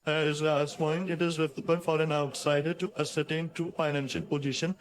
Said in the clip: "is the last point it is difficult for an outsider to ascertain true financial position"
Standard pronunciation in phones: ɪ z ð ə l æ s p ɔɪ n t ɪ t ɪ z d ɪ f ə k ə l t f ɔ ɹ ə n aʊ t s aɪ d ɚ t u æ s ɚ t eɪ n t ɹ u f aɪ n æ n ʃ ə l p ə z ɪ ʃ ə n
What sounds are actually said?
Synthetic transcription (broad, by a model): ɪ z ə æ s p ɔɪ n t ɪ t ɪ z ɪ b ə ə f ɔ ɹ ə n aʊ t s aɪ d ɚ t u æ s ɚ t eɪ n t ɹ u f aɪ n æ n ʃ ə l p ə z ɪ ʃ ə n